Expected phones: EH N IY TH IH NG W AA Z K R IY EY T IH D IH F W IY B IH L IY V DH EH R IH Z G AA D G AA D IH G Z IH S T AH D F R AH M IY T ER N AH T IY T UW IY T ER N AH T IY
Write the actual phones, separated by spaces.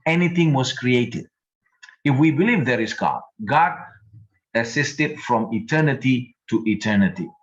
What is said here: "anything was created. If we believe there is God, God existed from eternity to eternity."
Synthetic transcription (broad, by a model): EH N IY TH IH NG W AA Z K R IY EY T IH D IH F W IY B IH L IY V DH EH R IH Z G AA D G AA D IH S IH S T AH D F R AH M IY T ER N AH T IY T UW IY T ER N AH T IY